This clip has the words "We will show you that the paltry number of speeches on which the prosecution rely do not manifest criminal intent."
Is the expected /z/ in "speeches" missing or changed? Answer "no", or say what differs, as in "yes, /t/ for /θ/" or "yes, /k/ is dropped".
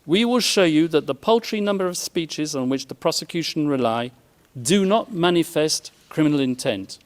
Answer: no